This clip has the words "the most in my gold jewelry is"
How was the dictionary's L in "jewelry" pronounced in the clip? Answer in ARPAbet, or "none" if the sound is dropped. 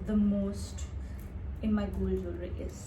none